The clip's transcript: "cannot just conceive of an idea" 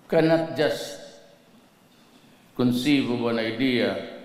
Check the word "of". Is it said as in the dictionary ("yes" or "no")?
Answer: no